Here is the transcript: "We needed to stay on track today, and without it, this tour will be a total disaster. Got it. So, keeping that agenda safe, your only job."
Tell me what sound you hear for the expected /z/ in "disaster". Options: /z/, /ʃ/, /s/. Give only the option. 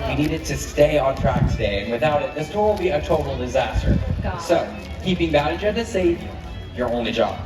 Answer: /z/